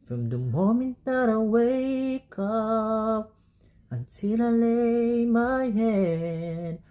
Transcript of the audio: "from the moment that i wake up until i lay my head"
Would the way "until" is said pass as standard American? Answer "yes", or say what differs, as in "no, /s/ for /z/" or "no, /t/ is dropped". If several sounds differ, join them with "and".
no, /s/ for /t/